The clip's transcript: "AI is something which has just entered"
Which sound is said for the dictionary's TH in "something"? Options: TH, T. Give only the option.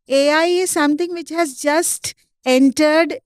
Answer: T